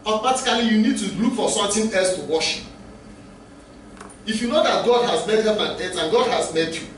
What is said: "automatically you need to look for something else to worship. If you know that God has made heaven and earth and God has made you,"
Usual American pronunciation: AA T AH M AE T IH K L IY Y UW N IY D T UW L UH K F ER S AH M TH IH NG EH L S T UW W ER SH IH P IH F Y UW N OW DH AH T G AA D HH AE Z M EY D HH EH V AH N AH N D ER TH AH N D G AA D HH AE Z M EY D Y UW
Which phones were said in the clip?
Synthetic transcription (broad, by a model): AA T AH M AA T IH K L IY Y UW N IY D T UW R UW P F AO S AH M T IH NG EH L S T UW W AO SH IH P IH F Y UW N OW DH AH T G AA D HH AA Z M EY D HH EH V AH N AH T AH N G AA D HH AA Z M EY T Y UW